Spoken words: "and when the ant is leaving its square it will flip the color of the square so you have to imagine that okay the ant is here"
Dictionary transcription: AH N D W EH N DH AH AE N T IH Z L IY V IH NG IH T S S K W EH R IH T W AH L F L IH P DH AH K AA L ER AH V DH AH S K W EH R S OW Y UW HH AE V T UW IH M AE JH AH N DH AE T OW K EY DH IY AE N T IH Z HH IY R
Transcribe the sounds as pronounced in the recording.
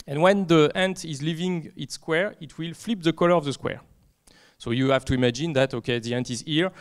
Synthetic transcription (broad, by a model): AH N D W EH N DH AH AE N T IH Z L IY V IH NG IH T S S K W EH R IH T W AH L F L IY P DH AH K AA L ER AH V DH AH S K W EH R S OW Y UW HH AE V T UW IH M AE JH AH N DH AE T OW K EY DH IY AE N T IH Z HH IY R